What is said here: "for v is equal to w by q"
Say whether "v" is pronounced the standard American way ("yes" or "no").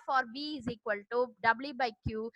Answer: no